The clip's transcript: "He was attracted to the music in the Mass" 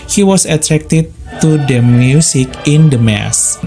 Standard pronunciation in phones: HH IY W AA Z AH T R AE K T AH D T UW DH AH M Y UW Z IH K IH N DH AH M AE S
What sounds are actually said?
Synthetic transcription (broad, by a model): HH IY W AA S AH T R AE K T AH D T UW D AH M Y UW S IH K IH N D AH M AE S